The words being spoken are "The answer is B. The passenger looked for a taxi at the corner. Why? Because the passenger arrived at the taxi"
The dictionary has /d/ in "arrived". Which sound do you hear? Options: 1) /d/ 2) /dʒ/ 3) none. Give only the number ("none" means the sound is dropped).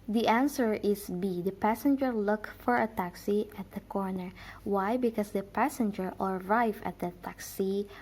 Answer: 3